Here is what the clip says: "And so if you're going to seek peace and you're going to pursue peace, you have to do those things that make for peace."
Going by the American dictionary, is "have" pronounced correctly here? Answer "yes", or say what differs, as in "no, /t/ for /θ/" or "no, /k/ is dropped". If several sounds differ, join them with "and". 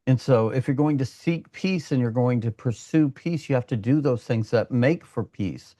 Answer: no, /f/ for /v/